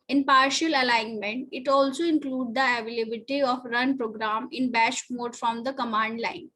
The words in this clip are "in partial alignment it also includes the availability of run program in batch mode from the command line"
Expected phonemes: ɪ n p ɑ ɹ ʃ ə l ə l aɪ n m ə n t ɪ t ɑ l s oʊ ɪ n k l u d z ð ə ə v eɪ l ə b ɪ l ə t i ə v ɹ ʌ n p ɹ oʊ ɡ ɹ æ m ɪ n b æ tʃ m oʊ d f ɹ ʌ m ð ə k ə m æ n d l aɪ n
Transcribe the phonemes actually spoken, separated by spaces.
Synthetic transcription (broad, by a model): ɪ n p ɑ ɹ ʃ ə l ə l aɪ n m ə n t ɪ t ɑ l s oʊ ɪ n k l u d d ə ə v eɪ l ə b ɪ t i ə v ɹ ʌ n p ɹ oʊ ɡ ɹ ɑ m ɪ n b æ ʃ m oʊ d f ɹ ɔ m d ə k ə m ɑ n d l aɪ n